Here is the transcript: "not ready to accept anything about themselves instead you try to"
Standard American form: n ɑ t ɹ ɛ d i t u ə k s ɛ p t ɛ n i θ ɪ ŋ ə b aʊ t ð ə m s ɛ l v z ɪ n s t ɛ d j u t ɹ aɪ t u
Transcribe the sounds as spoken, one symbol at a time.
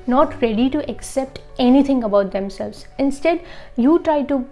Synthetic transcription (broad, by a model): n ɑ t ɹ ɛ d i t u ə k s ɛ p t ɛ n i t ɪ ŋ ə b aʊ t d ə m s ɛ l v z ɪ n s t ɛ d j u t ɹ aɪ t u